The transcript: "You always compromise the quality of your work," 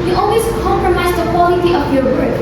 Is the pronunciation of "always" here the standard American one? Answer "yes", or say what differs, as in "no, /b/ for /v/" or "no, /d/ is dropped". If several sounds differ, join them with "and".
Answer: no, /s/ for /z/